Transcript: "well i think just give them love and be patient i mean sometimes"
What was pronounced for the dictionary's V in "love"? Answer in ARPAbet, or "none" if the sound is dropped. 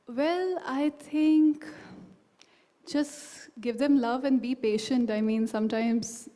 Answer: V